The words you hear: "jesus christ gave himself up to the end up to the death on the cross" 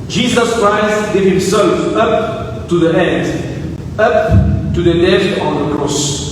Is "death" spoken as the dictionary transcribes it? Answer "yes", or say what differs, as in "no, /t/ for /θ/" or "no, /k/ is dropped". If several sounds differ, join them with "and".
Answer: no, /f/ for /θ/